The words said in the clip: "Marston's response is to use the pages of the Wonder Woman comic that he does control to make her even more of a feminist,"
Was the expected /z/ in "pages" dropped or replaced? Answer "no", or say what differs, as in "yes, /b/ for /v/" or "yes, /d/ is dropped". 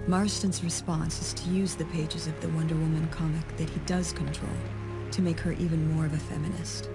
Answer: no